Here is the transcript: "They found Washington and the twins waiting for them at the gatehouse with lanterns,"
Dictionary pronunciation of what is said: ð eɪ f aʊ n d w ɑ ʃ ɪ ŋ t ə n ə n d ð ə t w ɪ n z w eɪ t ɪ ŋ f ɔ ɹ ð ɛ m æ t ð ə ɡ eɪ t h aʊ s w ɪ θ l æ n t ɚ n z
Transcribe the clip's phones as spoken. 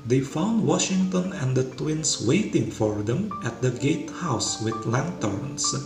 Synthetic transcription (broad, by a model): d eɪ f aʊ n d w ɑ ʃ ɪ ŋ t ə n ə n d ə t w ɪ n s w eɪ t ɪ ŋ f ɔ ɹ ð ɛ m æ t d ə ɡ eɪ t h aʊ s w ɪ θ l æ n t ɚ n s